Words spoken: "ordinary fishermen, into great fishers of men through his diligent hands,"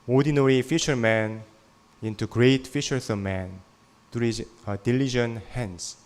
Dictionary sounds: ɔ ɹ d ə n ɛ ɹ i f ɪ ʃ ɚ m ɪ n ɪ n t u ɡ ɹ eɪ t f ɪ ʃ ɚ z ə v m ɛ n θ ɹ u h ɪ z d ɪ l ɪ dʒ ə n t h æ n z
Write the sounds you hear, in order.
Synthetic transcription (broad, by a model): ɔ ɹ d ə n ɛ ɹ i f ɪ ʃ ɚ m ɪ n ɪ n t u ɡ ɹ eɪ t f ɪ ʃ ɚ s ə m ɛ n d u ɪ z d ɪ l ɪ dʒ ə n h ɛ n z